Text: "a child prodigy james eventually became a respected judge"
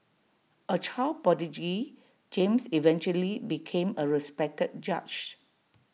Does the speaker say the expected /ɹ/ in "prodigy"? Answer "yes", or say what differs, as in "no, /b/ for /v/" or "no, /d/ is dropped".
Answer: no, /ɹ/ is dropped